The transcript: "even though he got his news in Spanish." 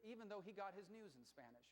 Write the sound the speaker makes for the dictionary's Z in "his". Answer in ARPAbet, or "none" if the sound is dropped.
Z